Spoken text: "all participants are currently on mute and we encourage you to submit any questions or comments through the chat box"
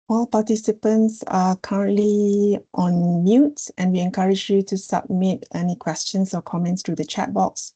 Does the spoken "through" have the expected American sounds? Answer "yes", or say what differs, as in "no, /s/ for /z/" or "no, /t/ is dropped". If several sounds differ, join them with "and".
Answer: no, /t/ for /θ/